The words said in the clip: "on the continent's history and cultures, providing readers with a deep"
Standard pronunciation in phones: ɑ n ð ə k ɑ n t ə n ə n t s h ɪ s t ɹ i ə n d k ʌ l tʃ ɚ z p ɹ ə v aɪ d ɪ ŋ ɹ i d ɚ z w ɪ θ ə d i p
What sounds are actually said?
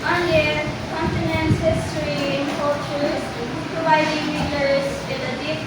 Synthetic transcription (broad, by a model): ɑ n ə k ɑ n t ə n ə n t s h ɪ s t ɹ i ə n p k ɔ tʃ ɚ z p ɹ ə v aɪ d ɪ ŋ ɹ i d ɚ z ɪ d ə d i